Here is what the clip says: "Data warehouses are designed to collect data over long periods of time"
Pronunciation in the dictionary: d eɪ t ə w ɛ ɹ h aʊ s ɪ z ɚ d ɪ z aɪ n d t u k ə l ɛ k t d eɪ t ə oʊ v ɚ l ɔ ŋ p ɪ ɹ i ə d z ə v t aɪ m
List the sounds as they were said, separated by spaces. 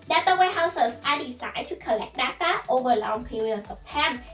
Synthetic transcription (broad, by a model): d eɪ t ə w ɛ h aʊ s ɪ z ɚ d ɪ s aɪ d t u k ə l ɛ k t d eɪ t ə oʊ v ɚ l ɔ ŋ p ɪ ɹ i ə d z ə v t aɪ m